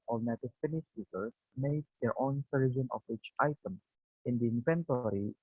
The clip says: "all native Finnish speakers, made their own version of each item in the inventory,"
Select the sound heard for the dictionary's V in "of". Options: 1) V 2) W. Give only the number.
2